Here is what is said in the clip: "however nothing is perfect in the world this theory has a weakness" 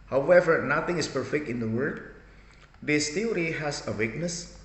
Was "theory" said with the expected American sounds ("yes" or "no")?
no